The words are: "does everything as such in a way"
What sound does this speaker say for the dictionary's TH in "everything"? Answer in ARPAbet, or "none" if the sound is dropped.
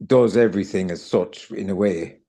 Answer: TH